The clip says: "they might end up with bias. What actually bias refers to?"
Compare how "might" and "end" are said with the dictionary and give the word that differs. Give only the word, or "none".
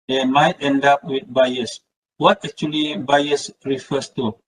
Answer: none